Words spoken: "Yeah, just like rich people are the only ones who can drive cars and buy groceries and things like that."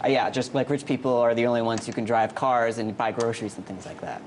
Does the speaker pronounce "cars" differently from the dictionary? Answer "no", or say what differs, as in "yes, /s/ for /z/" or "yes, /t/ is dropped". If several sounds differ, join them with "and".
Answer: no